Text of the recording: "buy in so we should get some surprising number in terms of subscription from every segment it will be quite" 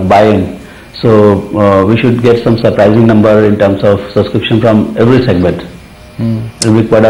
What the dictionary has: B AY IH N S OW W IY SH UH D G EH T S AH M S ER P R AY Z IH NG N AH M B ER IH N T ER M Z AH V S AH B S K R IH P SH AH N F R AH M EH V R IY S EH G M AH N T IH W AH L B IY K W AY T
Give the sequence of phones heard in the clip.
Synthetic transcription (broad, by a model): B AY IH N S OW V IY SH UH D G EH T S AH M S ER P R AY Z IH NG N AH M B ER IH N T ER M S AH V S AH B S K R IH P SH AH N F R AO M EH V R IY S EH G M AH N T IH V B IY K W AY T